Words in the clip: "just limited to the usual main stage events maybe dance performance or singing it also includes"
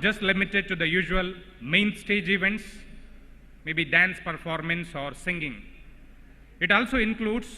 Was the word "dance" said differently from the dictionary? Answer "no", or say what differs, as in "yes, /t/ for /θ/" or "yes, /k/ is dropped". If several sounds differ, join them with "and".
no